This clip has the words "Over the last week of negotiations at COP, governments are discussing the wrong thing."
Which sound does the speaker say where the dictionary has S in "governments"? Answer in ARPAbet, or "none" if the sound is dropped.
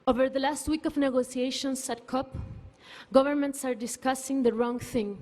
S